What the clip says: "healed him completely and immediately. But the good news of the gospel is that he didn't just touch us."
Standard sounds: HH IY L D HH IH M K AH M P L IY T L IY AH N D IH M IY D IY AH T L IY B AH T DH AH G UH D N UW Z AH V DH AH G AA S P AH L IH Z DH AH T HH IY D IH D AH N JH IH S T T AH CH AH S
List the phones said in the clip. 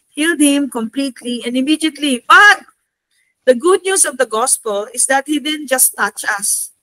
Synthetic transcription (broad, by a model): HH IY L D HH IH M K AH M P L IY T L IY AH N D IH M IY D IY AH T L IY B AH T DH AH G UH D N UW S AH V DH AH G AA S P AH L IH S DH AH T HH IY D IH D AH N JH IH S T T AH CH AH S